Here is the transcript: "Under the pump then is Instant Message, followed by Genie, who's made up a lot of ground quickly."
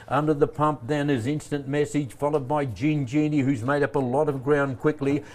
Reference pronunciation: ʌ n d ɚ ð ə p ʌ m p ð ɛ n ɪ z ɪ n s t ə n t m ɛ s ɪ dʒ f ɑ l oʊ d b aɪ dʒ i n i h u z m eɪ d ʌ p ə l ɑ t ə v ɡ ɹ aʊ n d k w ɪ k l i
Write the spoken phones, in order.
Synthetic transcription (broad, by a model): ʌ n d ɚ ð ə p ʌ m p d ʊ n ɪ z ɪ n s t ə n m ɛ s ɪ dʒ f ɑ l oʊ d b aɪ dʒ i n i h u z m eɪ d ʌ p ə l ɑ t ə v ɡ ɹ aʊ n k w ɪ k l i